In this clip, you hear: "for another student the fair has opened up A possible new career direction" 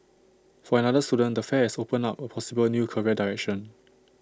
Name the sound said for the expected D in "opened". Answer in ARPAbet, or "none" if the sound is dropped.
none